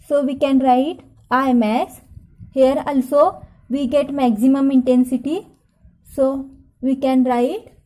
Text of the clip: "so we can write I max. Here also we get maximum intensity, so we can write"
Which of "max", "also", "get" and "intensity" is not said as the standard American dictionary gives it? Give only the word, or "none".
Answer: max